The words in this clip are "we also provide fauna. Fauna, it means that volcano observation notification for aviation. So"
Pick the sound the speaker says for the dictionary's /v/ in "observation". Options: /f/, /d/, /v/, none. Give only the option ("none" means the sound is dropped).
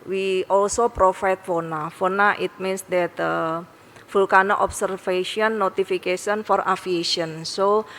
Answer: /f/